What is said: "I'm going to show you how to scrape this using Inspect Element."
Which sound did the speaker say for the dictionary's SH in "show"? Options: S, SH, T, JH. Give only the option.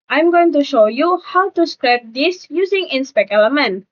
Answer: SH